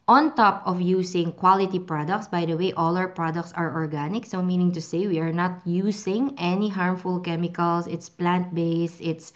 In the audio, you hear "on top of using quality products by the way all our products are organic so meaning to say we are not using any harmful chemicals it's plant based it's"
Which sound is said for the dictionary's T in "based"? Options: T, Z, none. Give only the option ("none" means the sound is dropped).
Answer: none